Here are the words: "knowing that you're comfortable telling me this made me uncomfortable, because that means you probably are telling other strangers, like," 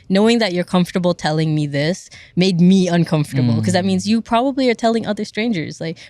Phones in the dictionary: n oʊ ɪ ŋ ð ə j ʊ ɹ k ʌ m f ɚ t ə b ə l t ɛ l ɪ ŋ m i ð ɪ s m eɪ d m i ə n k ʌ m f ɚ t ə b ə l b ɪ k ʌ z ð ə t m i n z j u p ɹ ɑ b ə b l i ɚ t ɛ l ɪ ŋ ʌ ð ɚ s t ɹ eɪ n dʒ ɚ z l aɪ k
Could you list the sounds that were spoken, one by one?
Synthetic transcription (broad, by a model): n oʊ ɪ ŋ ð ə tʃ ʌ ɹ k ʌ m f t ə b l t ɛ l ɪ ŋ m i ð ɪ s m eɪ d m i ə n k ʌ m f t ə b l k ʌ z ð ə t m i n z j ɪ p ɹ ɑ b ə b l i ɚ t ɛ l ɪ ŋ ʌ ð ɚ s t ɹ eɪ n dʒ ɚ z l aɪ k